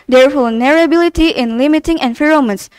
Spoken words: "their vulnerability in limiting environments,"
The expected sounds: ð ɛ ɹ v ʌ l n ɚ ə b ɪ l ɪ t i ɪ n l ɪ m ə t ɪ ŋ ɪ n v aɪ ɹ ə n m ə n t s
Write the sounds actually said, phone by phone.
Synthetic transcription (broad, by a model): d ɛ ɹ f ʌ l n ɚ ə b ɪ l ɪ t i ɪ n l ɪ m ə t ɪ ŋ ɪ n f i ɹ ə m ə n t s